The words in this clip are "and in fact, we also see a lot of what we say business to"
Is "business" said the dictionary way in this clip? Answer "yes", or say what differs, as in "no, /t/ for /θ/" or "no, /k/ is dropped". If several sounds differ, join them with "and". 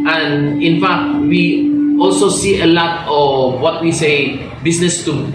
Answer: no, /s/ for /z/